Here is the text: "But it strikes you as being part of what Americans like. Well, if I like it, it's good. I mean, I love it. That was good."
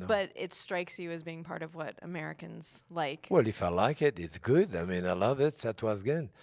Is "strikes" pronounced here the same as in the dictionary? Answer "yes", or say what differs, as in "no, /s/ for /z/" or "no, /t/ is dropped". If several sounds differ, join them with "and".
yes